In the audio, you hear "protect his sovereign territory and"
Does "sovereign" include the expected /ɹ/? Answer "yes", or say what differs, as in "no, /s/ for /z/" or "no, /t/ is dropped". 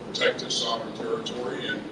no, /ɹ/ is dropped